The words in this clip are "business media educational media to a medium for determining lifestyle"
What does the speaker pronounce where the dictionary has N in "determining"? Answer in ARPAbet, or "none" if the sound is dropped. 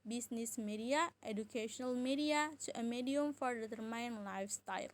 none